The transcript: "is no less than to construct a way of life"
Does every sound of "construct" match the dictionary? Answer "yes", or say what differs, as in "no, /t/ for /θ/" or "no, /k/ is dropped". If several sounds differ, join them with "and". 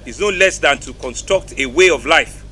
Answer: yes